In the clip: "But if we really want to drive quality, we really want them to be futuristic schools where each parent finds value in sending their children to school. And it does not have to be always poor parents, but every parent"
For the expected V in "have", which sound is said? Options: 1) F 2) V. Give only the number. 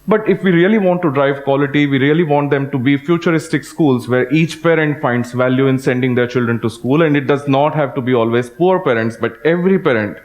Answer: 2